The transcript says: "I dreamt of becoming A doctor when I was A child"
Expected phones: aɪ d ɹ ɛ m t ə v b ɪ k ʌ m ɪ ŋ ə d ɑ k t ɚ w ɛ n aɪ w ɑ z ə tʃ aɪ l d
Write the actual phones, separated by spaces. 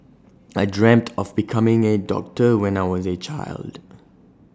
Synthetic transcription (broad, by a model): aɪ d ɹ ɛ m t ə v b ɪ k ʌ m ɪ ŋ ə d ɑ k t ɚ w ɛ n aɪ w ɑ z ə tʃ aɪ l d